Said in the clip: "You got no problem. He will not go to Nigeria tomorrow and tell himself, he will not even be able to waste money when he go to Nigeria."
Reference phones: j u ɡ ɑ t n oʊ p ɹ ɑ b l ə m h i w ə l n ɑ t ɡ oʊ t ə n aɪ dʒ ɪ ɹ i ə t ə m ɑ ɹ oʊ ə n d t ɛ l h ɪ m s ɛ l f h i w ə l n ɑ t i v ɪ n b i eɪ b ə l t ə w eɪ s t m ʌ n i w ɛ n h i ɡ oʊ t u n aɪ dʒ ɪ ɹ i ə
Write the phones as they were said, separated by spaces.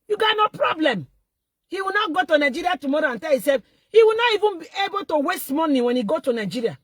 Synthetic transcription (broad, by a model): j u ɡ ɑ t n oʊ p ɹ ɑ b l ə m h i w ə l n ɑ ɡ oʊ t ə n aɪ dʒ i ɹ i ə t ə m ɑ ɹ oʊ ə n t ɛ l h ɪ s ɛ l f h i w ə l n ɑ i v ɪ n b i eɪ b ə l t ə w eɪ s t m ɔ n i w ɛ n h i ɡ oʊ t u n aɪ dʒ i ɹ i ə